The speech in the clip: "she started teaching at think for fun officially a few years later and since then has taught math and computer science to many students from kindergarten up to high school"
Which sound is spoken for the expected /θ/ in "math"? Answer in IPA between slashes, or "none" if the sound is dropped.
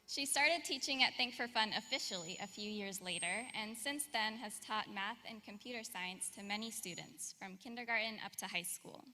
/θ/